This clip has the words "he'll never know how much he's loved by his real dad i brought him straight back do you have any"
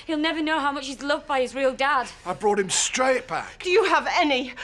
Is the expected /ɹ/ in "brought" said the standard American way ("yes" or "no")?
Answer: yes